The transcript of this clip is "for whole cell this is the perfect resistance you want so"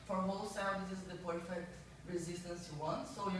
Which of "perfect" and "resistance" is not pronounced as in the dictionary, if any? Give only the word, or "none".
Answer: none